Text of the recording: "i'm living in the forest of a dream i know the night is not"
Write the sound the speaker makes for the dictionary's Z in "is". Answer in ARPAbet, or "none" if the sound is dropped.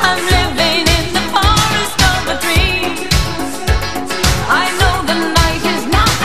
Z